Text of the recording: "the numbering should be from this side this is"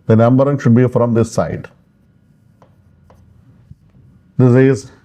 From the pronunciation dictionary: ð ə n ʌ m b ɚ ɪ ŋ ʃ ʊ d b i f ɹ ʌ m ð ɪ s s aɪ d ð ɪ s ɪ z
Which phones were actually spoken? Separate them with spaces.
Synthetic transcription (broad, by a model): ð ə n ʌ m b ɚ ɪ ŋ ʃ ʊ d b i f ɹ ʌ m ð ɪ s s aɪ d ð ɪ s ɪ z